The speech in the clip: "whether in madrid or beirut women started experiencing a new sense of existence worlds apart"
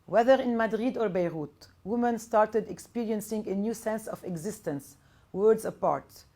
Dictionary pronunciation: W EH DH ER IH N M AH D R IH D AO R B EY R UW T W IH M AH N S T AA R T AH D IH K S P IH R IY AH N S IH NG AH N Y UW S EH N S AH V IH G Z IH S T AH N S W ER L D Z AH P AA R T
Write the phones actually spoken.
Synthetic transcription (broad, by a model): W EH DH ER IH N M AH D R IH D AO R B EY R UW T W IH M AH N S T AA R T AH D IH K S P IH R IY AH N S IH NG AH N Y UW S EH N S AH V IH G Z IH S T AH N S W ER D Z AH P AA R T